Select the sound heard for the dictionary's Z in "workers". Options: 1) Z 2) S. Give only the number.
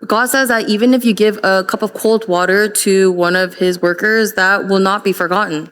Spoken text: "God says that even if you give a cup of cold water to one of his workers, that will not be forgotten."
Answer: 1